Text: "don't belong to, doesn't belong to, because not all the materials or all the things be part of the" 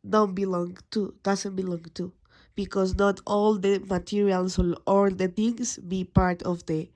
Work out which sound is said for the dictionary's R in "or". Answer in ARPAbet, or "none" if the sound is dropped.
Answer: L